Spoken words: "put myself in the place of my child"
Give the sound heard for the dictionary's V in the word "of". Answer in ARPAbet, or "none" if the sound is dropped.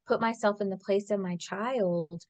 V